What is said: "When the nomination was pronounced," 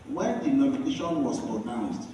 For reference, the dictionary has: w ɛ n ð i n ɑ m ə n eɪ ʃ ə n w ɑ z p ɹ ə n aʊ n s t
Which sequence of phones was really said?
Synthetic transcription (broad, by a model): w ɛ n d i n ɑ m ə n eɪ ʃ ə n w ɑ s p ɹ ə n aʊ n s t